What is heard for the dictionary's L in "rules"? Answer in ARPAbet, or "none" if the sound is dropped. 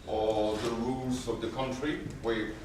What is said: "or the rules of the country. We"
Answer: L